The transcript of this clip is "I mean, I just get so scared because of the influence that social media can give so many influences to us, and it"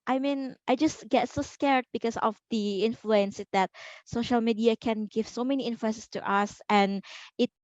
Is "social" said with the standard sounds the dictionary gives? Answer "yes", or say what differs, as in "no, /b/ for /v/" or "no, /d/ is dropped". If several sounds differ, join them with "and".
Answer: yes